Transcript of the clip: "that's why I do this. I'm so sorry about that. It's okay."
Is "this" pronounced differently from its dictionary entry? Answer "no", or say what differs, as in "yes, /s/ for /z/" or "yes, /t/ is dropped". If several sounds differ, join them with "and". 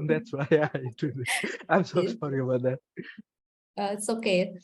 yes, /s/ is dropped